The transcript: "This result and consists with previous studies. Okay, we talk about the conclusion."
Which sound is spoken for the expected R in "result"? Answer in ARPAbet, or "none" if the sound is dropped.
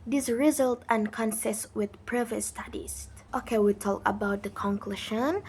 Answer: R